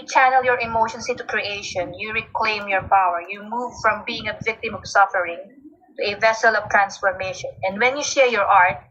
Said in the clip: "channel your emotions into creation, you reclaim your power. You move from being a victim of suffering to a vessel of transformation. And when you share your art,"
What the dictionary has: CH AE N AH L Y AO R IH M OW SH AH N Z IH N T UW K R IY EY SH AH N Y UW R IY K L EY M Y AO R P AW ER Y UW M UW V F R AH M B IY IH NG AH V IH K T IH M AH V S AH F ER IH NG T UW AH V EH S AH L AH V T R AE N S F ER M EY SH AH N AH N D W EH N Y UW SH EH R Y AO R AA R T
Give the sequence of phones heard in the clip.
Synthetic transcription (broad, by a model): CH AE N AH L Y AO R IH M OW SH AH N S IH N T UW K R IY EY SH AH N Y UW R IY K L EY M Y AO R P AW ER Y UW M UW V F R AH M B IY IH NG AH V IH K T IH M AH V S AH F ER IH NG T UW AH V EH S AH L AH V T R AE N S F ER M EY SH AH N AH N D W EH N Y UW SH EH R Y AO R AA R T